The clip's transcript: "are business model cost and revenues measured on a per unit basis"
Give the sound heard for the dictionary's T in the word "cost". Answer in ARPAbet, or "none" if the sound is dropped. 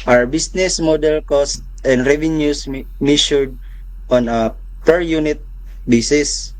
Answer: T